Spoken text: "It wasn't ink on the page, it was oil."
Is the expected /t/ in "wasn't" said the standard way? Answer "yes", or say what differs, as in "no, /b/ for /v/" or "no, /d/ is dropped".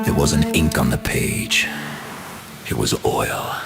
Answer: no, /t/ is dropped